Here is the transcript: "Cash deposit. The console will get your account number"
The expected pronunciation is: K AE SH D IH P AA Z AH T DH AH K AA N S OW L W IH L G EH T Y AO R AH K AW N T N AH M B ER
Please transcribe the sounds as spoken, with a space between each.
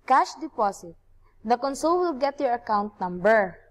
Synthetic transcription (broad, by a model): K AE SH D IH P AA S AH T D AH K AA N S OW L W IH L G EH T Y AO R AH K AW N T N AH M B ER